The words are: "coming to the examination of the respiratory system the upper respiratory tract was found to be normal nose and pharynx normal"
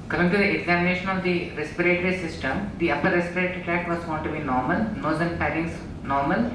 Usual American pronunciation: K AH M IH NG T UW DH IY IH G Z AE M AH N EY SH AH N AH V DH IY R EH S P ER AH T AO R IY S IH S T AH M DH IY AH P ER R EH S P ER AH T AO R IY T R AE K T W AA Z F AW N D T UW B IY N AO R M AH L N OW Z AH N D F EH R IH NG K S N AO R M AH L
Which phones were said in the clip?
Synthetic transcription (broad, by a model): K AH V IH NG T UW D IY IH G Z AE M AH N EY SH AH N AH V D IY R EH S P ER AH T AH R IY S IH S T AH M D IY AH P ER R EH S P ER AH T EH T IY T AE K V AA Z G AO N T UW B IY N AO R M AH L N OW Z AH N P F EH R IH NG S N AO R M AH L